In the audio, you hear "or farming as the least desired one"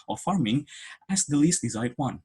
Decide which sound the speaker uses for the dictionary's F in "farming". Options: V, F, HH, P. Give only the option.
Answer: F